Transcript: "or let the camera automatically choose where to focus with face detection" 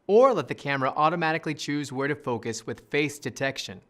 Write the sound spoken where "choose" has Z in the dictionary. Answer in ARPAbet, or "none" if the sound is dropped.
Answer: Z